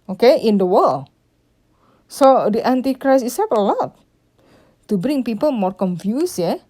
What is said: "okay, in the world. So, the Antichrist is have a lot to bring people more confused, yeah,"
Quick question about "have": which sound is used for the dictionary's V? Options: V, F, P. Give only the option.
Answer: P